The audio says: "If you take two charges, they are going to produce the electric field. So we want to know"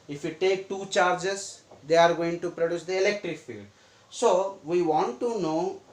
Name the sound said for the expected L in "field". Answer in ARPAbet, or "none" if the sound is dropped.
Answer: L